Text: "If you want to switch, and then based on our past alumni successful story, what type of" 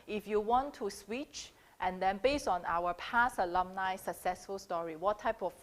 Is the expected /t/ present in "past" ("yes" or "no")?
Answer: no